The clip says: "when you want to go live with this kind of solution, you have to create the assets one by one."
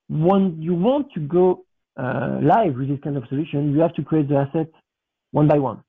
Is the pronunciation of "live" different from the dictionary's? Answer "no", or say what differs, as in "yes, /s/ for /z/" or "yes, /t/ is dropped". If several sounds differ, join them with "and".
no